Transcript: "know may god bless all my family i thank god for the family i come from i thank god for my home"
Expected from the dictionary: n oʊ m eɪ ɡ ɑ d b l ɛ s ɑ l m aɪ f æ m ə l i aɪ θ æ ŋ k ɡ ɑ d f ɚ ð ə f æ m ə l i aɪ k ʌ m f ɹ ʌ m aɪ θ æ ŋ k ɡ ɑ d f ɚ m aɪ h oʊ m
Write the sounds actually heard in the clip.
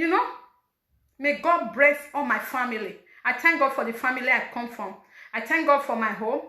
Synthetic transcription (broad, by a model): n oʊ m eɪ ɡ ɑ d b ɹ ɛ θ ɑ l m aɪ f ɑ m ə l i aɪ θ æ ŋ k ɡ ɑ d f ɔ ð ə f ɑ m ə l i aɪ k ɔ m f ɹ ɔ m aɪ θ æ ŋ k ɡ ɑ d f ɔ m aɪ h oʊ m